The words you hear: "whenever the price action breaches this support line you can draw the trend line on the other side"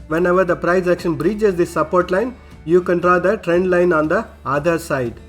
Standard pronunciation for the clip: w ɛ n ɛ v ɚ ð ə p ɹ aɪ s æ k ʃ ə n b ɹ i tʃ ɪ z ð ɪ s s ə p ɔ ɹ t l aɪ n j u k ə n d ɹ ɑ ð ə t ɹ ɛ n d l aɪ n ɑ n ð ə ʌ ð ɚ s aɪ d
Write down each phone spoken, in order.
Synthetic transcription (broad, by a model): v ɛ n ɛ v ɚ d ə p ɹ aɪ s æ k ʃ ə n b ɹ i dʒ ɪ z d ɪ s s ə p ɔ ɹ t l aɪ n j u k ə n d ɹ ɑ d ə t ɹ ɛ n d l aɪ n ɑ n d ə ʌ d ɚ s aɪ d